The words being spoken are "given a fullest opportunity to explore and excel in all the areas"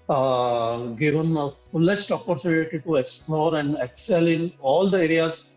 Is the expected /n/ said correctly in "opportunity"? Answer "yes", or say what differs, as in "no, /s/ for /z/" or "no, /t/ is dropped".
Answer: no, /l/ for /n/